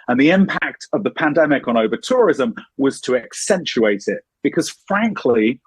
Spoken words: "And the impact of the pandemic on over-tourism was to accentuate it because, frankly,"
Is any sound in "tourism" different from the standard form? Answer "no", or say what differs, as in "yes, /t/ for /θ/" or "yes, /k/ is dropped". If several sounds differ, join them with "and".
no